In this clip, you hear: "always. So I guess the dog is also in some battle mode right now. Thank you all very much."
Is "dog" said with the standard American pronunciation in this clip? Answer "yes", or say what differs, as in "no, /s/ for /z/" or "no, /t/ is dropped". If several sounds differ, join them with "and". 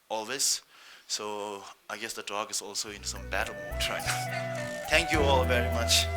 yes